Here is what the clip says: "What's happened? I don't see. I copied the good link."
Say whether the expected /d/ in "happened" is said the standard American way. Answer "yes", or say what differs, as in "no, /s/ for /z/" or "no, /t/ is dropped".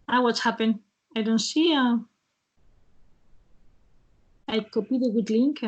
no, /d/ is dropped